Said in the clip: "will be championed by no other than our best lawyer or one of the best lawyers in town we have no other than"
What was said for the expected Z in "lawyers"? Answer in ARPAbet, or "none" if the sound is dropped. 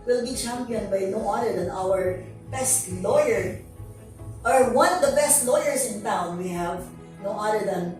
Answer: S